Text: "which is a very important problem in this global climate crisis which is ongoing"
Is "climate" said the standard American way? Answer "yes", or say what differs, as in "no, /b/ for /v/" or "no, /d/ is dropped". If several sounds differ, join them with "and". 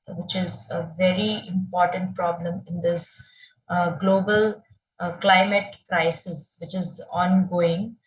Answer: yes